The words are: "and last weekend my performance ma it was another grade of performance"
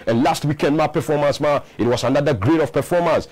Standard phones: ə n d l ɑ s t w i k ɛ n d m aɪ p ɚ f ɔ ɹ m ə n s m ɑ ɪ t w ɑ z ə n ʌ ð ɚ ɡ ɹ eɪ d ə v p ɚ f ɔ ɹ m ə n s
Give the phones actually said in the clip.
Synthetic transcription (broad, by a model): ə n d l ɑ s t w i k ɛ n d m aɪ p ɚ f ɔ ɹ m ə n s m ɑ ɪ t w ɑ s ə n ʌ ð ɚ ɡ ɹ eɪ d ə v p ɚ f ɔ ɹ m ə n s